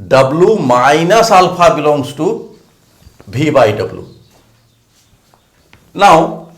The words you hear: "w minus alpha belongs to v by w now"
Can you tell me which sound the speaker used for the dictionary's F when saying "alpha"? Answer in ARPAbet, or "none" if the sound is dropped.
P